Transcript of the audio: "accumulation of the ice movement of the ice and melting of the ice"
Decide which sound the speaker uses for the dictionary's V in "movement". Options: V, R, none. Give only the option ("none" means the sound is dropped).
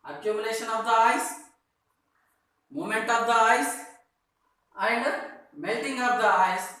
none